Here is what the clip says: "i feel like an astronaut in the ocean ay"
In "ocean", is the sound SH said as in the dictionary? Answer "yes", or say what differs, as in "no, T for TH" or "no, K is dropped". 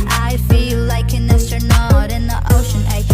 yes